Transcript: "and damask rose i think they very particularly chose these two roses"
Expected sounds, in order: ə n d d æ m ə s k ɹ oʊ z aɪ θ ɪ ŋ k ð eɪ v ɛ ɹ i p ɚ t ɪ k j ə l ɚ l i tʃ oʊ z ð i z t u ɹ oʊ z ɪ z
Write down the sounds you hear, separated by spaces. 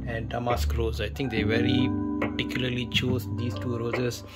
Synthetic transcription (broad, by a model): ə n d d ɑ m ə s k ɹ oʊ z aɪ t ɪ ŋ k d eɪ v ɛ ɹ i p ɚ t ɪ k j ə l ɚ l i tʃ oʊ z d i s t u ɹ oʊ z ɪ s